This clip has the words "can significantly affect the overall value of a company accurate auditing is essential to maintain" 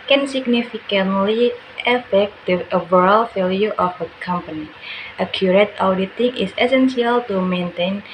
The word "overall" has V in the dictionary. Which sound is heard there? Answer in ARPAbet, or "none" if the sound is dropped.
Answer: B